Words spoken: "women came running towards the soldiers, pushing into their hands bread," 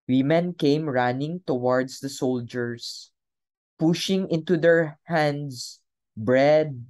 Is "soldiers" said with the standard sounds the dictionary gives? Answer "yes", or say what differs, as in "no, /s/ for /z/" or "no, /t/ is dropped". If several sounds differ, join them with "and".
no, /s/ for /z/